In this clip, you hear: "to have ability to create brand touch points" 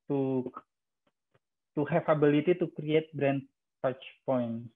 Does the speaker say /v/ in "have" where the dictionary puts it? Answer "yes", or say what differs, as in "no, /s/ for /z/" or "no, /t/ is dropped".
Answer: no, /f/ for /v/